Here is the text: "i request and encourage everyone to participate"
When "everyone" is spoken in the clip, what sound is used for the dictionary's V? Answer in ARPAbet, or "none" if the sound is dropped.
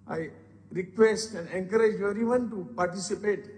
none